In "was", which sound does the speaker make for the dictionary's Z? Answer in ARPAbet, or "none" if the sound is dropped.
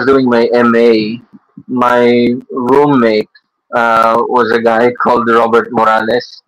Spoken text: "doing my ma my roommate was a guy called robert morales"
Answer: Z